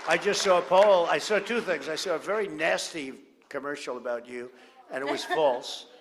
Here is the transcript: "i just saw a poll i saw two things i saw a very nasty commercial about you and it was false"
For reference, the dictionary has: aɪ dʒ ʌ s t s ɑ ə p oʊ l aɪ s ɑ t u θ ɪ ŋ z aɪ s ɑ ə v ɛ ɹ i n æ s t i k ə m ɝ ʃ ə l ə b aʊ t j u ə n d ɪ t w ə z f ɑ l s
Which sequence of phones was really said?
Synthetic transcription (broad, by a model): aɪ dʒ ʌ s t s ɑ ə p oʊ l aɪ s ɑ t u θ ɪ ŋ z aɪ s ɑ ə v ɛ ɹ i n æ s t i k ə m ɝ ʃ l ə b aʊ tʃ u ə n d ɪ t w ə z f ɑ l s